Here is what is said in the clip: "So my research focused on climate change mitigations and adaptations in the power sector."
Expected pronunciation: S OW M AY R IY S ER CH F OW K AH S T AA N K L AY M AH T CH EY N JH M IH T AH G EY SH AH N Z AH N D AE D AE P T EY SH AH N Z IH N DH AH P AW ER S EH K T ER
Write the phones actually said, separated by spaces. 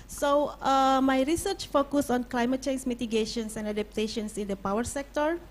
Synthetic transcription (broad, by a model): S OW M AY R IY S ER CH F OW K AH S AA N K L AY M AH T CH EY N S M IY T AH G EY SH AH N S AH N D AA D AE P T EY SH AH N S IH N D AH P AW ER S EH K T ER